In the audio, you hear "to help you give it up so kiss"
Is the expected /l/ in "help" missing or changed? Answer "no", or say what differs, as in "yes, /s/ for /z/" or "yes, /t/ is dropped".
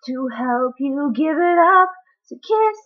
no